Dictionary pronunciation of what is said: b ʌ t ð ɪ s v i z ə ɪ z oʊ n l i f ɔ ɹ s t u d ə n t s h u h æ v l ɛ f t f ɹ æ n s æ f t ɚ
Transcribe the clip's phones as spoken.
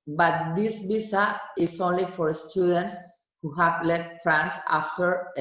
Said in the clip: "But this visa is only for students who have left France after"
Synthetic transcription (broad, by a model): b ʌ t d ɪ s b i s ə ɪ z oʊ n l i f ɔ ɹ s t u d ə n t s h u h æ v l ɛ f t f ɹ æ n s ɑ f t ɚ